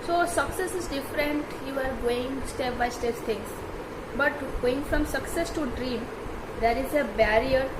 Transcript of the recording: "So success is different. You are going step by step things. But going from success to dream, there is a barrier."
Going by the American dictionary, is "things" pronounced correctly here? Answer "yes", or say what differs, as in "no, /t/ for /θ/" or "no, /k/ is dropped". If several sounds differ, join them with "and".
no, /s/ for /θ/